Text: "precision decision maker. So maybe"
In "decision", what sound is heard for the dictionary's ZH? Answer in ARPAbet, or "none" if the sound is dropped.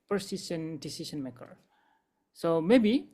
S